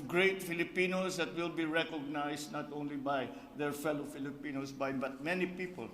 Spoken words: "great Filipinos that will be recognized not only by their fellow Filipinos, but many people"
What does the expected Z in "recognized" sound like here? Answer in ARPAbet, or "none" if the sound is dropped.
S